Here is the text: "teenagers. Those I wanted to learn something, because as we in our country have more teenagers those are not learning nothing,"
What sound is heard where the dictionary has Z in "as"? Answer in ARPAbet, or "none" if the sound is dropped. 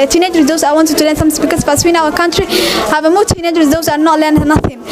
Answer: S